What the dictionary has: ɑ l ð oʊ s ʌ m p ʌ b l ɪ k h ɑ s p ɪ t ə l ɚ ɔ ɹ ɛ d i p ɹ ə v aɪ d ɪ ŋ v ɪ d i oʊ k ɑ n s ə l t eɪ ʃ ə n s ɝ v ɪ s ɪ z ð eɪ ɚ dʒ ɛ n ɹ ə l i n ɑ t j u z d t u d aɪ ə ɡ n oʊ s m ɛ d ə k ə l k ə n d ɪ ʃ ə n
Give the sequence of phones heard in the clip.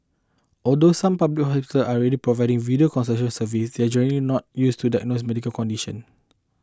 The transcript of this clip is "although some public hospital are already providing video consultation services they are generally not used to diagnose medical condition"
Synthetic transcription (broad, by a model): ɑ l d oʊ s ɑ m p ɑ b l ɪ k h ɑ s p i t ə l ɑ ɹ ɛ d i p ɹ ə v aɪ d ɪ ŋ v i d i oʊ k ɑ n s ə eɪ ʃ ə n s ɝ v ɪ s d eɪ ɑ dʒ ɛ ɹ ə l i n ɑ t j u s t u d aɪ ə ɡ n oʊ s m ɛ d ə k ə l k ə n d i ʃ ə n